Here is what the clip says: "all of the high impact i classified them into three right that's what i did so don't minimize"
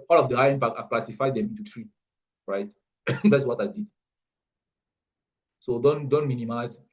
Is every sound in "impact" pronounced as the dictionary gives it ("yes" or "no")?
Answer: no